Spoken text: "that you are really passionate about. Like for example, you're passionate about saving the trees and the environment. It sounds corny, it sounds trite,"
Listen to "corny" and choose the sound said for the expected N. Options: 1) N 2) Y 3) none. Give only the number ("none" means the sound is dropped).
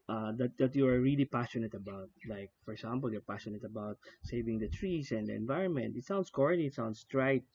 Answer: 3